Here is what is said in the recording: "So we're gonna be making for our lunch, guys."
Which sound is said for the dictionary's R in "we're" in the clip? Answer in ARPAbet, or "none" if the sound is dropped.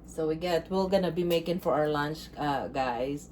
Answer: L